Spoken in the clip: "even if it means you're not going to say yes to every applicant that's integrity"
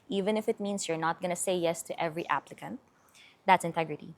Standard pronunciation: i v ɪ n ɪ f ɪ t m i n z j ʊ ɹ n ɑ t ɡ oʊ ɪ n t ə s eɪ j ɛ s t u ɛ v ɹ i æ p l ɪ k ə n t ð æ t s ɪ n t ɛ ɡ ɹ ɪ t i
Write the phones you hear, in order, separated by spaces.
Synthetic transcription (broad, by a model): i v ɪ n ɪ f ɪ t m i n s j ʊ ɹ n ɑ t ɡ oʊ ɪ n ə s eɪ j ɛ s t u ɛ v ɹ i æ p l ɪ k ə n t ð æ t s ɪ n t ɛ ɡ ɹ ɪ t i